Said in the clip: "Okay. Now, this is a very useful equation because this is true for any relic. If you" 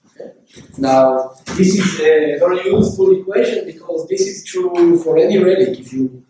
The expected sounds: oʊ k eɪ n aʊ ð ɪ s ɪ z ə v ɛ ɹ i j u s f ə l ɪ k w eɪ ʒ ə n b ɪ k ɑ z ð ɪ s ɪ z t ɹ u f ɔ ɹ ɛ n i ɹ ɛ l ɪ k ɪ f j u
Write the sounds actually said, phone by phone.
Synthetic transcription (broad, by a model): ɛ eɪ n aʊ ð ɪ s ɪ z ə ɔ l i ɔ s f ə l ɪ k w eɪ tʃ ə n b ɪ k ɑ z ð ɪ s ɪ z t ɹ u f ɔ ɹ ɛ n i ɹ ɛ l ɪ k ɪ f j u